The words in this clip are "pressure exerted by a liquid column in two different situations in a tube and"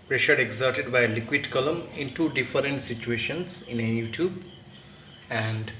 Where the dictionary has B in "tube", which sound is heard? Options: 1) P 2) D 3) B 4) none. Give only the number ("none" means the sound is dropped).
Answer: 3